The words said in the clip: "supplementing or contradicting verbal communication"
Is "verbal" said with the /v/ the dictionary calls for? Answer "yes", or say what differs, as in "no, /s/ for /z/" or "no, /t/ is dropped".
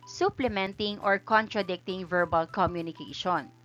yes